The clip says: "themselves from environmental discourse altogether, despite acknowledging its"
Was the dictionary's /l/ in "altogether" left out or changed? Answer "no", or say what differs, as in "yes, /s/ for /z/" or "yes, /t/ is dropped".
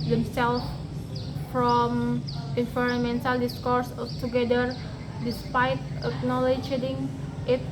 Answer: yes, /l/ is dropped